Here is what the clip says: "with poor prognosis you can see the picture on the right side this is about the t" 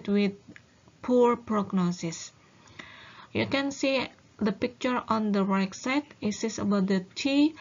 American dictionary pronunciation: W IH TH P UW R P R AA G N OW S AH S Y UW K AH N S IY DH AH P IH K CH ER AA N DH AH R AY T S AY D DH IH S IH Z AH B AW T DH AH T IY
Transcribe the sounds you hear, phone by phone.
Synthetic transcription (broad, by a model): W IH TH P UW R P R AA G N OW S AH S Y UW K AH N S IY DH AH P IH K CH ER AA N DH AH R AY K S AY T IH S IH S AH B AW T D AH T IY